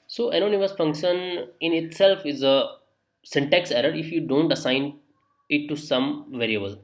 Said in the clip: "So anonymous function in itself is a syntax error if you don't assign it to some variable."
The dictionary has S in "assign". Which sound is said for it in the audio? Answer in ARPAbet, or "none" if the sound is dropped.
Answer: S